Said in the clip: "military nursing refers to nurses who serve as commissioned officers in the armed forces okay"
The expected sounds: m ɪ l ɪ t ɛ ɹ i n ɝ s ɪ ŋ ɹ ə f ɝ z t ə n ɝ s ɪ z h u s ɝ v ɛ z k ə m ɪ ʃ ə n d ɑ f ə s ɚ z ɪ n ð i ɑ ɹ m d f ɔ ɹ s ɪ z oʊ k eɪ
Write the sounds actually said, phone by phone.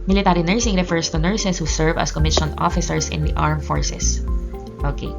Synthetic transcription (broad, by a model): m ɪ l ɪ t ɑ ɹ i n ɝ s ɪ ŋ ɹ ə f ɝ s t ə n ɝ s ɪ s h u s ɝ v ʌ s k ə m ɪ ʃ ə n ɑ f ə s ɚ s ɪ n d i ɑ ɹ m f ɔ ɹ s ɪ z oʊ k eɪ